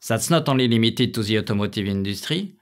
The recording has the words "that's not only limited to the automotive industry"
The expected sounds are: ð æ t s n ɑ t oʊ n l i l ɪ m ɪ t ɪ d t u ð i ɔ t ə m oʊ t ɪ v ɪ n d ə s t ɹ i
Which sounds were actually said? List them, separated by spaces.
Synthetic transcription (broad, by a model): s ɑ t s n ɑ t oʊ l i l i m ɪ t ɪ t u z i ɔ t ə m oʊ t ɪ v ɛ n d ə s t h i